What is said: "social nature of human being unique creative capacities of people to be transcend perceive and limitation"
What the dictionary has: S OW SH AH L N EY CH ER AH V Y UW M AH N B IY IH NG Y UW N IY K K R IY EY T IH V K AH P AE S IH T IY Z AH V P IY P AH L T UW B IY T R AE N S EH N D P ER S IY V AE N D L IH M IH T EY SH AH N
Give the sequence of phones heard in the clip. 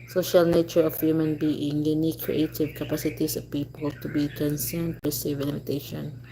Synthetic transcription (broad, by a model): S OW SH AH L N EY CH ER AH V Y UW M AH N B IY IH NG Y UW N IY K K R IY EY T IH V K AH P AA S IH T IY S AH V P IY P AH L T UW B IY T R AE N S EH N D B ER S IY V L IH M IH T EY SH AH N